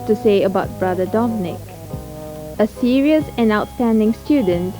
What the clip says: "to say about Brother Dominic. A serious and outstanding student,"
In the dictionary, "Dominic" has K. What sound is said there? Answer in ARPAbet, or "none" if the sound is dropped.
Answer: K